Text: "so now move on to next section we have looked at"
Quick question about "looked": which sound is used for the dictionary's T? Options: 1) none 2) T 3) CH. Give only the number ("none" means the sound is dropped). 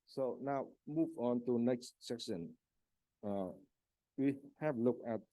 1